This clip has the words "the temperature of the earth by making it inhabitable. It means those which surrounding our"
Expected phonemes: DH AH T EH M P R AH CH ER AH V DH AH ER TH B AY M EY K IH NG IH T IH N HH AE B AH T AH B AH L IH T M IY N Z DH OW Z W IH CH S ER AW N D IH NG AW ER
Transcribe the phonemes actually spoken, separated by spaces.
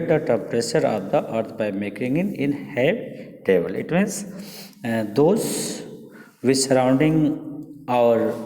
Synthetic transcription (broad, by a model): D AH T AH P R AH S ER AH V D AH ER T B AY M EY K IH NG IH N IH N HH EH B T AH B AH L IH T M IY N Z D OW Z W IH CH S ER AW N D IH NG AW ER